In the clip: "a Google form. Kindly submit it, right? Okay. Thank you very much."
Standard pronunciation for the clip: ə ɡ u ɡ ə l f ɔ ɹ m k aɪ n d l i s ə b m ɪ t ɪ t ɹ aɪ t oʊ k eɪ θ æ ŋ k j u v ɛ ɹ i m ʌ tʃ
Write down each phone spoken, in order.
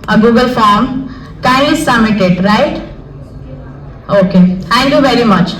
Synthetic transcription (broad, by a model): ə ɡ u ɡ ə l f ɔ ɹ m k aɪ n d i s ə m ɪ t ɪ t ɹ aɪ t oʊ k eɪ t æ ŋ k j u v ɛ ɹ i m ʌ tʃ